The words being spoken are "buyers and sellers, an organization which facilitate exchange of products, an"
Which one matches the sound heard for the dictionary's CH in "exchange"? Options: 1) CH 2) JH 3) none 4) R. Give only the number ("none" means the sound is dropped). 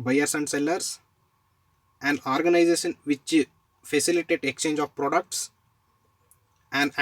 1